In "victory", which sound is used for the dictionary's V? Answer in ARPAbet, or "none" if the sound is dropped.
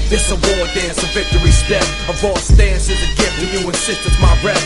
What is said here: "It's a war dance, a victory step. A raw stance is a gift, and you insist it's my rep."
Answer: V